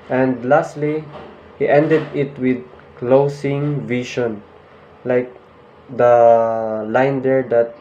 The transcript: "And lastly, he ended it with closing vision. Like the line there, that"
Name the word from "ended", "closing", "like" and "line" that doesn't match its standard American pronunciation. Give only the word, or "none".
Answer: closing